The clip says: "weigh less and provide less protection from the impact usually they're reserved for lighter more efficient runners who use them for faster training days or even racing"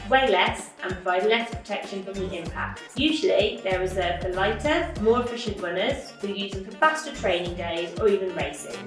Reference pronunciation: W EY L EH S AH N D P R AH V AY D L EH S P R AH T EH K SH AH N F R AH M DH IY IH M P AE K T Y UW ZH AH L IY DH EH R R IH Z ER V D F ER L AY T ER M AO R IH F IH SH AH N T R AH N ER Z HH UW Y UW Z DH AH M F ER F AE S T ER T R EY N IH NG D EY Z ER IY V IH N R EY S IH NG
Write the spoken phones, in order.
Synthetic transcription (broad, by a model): W EY L EH S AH N P R AH V AY D L EH S P R AH T EH K SH AH N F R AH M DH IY IH M P AE K T Y UW ZH AH L IY DH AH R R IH Z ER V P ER L AY T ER M AO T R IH SH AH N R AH N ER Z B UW Y UW Z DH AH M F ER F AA S T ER T R EY N IH NG D EY Z ER IY V IH N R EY S IH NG